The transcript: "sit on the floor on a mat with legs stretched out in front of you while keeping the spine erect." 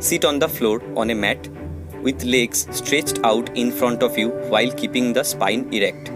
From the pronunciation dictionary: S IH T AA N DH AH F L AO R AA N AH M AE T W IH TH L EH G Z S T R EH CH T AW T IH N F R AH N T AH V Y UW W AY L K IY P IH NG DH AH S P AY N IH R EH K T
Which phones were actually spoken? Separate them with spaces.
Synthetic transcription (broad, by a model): S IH T AA N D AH F L AO R AA N AH M AE T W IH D L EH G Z S T R EH CH T AW T IH N F R AH N T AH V Y UW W AY L K IY P IH NG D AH S P AY N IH R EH K T